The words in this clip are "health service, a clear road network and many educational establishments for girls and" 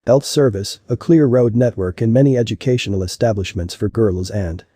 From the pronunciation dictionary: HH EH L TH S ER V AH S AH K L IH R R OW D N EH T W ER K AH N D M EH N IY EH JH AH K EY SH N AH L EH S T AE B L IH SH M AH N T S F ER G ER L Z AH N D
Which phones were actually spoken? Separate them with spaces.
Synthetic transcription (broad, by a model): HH EH L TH S ER V AH S AH K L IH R R OW D N EH T W ER K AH N M EH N IY EH JH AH K EY SH N L EH S T AE B L IH SH M AH N T S F ER G ER L Z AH N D